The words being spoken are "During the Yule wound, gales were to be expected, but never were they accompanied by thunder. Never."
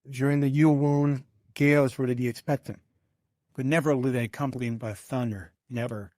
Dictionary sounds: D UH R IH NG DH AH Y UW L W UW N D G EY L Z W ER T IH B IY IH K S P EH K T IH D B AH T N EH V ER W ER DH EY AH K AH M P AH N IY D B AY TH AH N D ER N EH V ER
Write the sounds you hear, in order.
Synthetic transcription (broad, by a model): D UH R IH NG DH AH Y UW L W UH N G EY L Z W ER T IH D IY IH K S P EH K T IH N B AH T N EH V ER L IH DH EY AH K AH M P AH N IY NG B AY TH AH N D ER N EH V ER